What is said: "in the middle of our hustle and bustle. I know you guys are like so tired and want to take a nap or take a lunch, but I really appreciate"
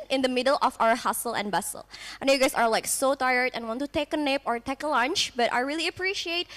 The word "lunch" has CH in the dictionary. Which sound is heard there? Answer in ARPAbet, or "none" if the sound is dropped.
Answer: CH